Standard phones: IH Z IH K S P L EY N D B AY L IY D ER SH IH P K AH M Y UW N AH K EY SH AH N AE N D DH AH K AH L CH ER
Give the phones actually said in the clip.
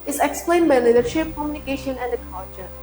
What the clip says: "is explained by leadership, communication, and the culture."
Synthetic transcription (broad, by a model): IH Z IH K S P L EY N D B AY L IY D ER SH IH P K AH M Y UW N AH K EY SH AH N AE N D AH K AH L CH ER